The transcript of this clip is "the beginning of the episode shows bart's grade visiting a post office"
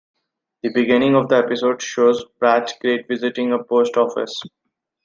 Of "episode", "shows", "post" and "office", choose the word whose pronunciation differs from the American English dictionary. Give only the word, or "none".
none